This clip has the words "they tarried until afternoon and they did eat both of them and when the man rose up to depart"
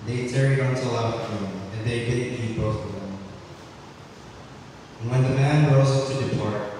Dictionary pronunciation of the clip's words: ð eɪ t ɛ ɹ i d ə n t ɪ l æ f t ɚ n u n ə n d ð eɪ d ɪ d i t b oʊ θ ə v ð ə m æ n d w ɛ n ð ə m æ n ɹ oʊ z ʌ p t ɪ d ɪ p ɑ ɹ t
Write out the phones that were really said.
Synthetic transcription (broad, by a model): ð eɪ t ɛ ɹ i d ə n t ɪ l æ t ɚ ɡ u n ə n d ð eɪ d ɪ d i b oʊ θ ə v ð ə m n w ɛ n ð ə m æ n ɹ oʊ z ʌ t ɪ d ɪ p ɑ ɹ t